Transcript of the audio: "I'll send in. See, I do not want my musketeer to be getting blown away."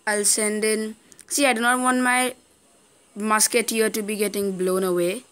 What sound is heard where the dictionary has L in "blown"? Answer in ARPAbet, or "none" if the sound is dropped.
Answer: L